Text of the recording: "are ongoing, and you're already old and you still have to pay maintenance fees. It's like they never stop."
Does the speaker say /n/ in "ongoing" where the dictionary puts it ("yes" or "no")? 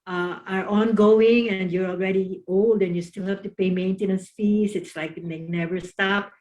yes